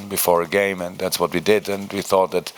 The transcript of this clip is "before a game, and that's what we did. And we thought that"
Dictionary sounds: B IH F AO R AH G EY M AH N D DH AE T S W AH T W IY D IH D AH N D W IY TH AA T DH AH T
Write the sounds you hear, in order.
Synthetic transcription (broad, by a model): B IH F AO R AH G EY M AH N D DH AE T S W AH T W IY D IH D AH N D W IY TH AA T DH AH T